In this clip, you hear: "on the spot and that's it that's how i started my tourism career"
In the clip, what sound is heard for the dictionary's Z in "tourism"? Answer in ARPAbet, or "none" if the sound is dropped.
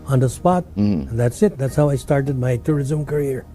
Z